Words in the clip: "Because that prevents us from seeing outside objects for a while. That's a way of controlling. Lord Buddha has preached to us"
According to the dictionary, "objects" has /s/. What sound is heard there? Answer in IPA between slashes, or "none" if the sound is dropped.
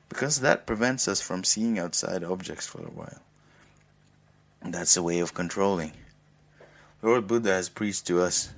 /s/